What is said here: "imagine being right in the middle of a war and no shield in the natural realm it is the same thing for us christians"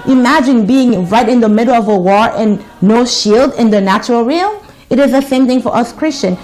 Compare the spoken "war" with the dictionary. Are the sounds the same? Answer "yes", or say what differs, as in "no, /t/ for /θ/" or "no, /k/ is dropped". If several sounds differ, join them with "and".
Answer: yes